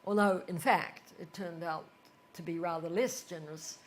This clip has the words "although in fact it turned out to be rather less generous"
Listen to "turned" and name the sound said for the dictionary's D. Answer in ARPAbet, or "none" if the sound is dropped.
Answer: D